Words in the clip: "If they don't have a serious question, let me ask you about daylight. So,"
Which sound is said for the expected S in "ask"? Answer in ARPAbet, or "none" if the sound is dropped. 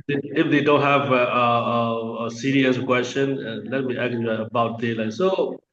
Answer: none